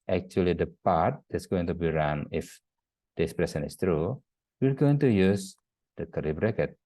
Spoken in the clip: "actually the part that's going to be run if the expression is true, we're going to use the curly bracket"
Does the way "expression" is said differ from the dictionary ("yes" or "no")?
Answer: yes